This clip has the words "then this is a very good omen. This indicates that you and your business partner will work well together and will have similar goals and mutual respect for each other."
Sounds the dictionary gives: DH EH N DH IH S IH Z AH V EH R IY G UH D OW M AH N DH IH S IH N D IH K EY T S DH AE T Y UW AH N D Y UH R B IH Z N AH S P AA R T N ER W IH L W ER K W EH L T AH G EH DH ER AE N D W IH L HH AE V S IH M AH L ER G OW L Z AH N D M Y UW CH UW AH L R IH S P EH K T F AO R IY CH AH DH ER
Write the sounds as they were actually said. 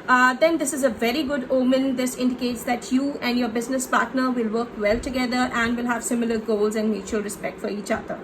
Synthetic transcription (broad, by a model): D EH N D IH S IH Z AH V EH R IY G UH D OW M AH N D IH S IH N D IH K EY T S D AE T Y UW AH N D Y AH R B IH Z N AH S P AA R T N ER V IH L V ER K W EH L T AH G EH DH ER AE N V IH L HH AE V S IH M AH L ER G OW L Z AH N D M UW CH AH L R IH S P EH K T F AO R IY CH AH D ER